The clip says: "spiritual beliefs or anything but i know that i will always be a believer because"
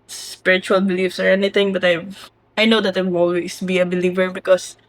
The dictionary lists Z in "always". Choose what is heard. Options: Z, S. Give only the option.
S